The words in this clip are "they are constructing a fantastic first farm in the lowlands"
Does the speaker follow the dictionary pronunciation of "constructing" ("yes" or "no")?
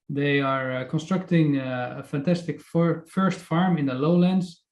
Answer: yes